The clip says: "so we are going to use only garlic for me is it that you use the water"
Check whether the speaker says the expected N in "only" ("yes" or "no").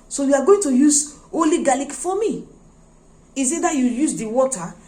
no